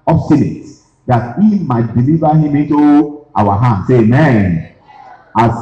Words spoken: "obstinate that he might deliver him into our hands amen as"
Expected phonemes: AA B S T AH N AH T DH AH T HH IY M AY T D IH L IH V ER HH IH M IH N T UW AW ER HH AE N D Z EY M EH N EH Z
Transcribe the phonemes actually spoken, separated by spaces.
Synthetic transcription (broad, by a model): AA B S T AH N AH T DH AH T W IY M AY T D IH L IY V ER HH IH M IH N T UW AW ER HH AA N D S EY M EH N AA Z